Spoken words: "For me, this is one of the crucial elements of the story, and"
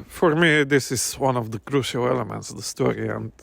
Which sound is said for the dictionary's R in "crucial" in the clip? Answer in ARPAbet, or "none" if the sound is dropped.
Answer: R